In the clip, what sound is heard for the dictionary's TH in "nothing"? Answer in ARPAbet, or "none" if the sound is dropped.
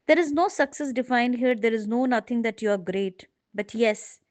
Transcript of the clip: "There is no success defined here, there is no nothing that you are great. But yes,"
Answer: T